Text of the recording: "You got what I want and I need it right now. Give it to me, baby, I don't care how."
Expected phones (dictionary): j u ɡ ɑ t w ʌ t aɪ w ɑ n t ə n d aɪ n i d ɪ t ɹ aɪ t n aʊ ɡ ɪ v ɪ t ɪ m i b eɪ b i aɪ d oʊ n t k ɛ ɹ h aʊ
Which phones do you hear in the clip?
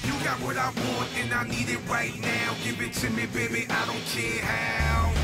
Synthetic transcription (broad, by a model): j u ɡ ɑ t w ʌ t aɪ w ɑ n ə n aɪ n i d ɪ t ɹ aɪ t n aʊ ɡ ɪ v ɪ t ɪ m i b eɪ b i aɪ d oʊ n t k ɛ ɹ h aʊ